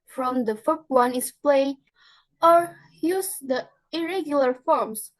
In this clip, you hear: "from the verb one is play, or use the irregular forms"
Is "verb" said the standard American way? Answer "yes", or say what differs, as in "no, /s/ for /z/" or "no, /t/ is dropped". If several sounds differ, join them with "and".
no, /f/ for /v/